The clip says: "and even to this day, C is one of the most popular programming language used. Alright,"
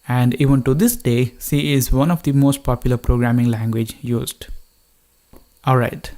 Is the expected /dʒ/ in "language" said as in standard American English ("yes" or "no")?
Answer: yes